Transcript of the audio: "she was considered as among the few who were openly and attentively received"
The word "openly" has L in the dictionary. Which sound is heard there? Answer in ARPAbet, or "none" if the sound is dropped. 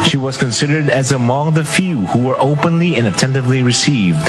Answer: L